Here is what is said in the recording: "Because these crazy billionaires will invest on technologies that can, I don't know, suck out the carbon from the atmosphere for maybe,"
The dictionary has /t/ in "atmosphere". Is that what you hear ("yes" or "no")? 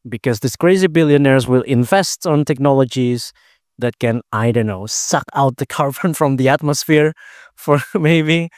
yes